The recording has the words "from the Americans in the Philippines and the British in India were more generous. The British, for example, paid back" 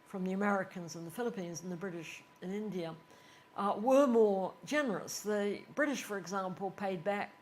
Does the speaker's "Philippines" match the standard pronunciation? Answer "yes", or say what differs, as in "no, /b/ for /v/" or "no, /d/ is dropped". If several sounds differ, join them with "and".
yes